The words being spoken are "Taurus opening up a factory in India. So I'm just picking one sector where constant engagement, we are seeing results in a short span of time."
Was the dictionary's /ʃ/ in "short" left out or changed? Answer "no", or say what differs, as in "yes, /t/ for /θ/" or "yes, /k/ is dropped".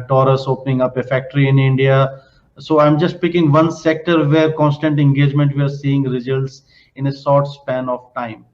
yes, /s/ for /ʃ/